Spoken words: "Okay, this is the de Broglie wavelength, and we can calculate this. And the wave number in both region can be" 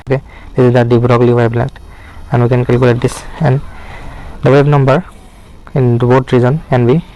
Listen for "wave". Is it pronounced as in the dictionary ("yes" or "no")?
no